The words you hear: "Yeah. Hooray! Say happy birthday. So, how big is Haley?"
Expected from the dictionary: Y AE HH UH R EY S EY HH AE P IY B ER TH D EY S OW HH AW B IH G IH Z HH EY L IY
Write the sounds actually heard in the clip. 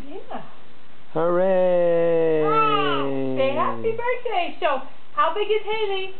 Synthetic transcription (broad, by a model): Y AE HH UH R EY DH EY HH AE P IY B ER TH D EY SH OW HH AW B IH G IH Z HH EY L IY